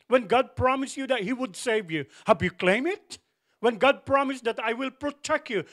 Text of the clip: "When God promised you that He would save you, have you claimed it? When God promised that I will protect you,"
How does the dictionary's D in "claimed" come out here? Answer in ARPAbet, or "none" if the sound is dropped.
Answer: none